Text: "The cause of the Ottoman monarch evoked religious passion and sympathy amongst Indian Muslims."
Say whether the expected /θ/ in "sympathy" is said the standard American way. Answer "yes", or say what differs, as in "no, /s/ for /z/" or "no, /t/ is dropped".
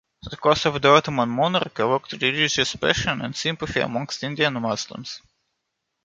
no, /f/ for /θ/